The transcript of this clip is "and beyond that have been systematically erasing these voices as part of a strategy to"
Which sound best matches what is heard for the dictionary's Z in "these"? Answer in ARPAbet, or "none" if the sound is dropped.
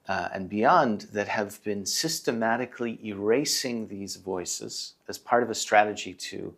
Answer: Z